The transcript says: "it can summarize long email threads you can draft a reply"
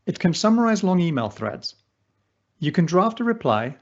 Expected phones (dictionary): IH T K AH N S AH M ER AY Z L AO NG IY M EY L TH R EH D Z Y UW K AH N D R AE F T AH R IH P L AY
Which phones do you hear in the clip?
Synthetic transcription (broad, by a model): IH T K AH N S AH M ER AY Z L AO NG IY M EY L TH R EH D Z Y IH K AH N D R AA F T AH R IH P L AY